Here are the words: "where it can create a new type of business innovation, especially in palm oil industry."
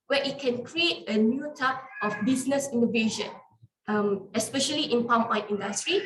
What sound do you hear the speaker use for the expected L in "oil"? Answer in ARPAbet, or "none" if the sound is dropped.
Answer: N